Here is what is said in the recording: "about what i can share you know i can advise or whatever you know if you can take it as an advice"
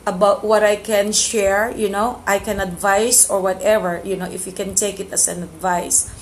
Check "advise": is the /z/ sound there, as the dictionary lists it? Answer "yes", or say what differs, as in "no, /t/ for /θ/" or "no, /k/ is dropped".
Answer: no, /s/ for /z/